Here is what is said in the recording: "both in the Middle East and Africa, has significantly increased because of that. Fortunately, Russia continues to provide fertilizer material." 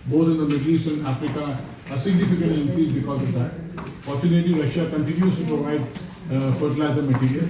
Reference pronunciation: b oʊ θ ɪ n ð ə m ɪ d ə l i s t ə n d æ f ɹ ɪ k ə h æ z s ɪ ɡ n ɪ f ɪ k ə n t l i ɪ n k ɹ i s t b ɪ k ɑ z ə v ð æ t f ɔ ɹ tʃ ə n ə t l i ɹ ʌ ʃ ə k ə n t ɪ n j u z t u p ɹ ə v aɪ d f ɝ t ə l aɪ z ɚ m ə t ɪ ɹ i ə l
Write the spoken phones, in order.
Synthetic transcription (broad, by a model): b oʊ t ɪ n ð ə m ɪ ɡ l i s ə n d æ f ɹ ɪ k ə s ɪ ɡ n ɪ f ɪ k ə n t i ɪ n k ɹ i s b ɪ k ɑ z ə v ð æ t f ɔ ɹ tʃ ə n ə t i ɹ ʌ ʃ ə k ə n t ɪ n j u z t u p ɹ ə v aɪ d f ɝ t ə l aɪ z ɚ m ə t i ɹ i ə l